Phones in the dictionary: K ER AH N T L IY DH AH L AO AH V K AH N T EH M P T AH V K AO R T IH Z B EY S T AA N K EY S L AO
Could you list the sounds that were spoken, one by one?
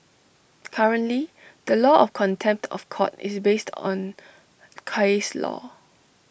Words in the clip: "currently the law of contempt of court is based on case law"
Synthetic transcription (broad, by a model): K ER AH N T L IY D AH L AO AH F K AH N T EH M P T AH F K AO T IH S B EY S T AA N K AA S L AO